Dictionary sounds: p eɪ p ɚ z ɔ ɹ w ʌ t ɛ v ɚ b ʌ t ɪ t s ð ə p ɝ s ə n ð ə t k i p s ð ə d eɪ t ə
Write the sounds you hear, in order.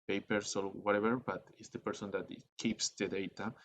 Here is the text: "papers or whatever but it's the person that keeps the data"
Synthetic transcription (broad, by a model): p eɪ p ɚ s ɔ l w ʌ t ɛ b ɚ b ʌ t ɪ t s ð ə p ɝ s ə n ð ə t k i p s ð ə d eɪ t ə